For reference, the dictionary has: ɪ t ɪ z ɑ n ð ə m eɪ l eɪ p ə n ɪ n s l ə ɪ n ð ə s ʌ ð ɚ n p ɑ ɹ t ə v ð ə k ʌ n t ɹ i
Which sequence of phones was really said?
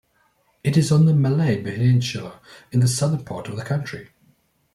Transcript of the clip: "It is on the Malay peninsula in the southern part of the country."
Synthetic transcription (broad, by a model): ɪ t ɪ z n ð ə m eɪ l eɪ b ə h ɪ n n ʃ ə ɪ n ð ə s ʌ ð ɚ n p ɑ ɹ t ə v ð ə k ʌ n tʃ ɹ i